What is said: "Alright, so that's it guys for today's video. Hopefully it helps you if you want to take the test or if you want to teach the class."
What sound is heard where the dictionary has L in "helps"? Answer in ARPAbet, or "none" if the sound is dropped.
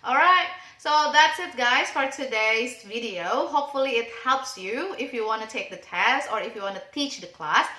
L